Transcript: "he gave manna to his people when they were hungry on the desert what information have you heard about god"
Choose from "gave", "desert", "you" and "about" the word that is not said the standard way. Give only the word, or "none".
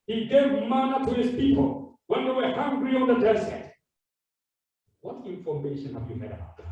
desert